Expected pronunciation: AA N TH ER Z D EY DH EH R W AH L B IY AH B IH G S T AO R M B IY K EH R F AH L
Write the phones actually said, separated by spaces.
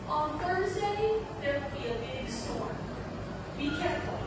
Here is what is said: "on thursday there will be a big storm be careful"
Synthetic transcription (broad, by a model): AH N TH ER Z D EY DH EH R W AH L B IY AH B IH G S T AO R B IY K EH R F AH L